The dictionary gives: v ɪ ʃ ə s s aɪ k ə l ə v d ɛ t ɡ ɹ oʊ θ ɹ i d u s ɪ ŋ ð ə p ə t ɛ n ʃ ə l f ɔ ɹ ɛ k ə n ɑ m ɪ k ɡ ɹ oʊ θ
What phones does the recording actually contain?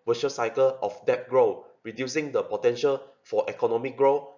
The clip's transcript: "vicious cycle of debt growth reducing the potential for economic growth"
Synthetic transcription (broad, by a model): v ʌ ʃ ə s s aɪ k ə l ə f d ɛ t ɡ ɹ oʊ ɹ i d u s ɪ ŋ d ə p ə t ɛ n ʃ ə l f ɔ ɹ ɛ k ə n ɑ m ɪ k ɡ ɹ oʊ